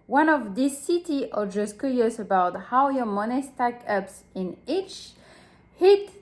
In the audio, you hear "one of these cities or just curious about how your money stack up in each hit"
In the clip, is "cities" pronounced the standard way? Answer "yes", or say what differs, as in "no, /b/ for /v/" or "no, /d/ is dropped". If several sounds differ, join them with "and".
no, /z/ is dropped